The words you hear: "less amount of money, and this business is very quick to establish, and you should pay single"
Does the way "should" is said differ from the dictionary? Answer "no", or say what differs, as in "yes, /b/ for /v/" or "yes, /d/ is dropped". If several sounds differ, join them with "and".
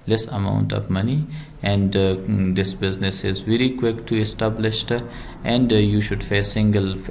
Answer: no